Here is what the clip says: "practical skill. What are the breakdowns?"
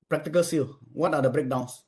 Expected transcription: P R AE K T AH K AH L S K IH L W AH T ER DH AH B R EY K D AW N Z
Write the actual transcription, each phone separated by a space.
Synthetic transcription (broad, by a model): P R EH K T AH K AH L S IY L W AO T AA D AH B R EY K D AW N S